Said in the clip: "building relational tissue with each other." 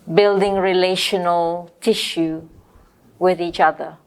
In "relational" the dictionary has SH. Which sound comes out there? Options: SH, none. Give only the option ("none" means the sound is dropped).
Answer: SH